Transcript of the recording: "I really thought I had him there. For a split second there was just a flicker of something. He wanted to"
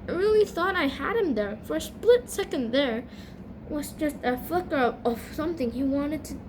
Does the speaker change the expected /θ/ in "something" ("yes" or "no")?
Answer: no